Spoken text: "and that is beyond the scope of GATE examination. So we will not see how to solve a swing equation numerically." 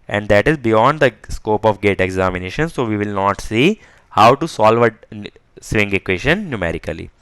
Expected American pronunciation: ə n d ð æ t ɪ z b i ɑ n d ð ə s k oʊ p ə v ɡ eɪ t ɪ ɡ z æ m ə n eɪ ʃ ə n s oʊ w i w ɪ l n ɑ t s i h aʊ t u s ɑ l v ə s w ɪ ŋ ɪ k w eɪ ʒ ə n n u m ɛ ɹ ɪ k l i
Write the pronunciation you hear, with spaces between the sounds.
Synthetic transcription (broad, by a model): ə n d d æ t ɪ z b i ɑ n d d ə s k oʊ p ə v ɡ eɪ t ɪ ɡ z æ m ə n eɪ ʃ ə n s oʊ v i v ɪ l n ɑ t s i h aʊ t u s ɑ l v ə s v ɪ ŋ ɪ k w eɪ ʃ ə n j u m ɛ ɹ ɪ k l i